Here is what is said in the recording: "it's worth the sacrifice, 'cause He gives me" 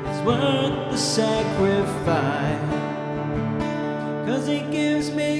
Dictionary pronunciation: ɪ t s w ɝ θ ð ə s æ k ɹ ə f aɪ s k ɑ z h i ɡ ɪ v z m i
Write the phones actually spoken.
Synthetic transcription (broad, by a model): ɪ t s w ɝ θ ð ə s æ k ɹ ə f aɪ s k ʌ z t ɡ ɪ v z m i